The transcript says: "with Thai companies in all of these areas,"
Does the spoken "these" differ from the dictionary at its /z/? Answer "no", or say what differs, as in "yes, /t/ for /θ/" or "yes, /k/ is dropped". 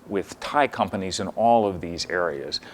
no